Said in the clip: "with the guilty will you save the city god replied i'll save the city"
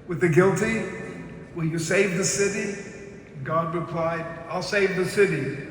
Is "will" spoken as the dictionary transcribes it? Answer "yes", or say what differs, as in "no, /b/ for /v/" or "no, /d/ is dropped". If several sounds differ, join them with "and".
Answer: no, /n/ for /l/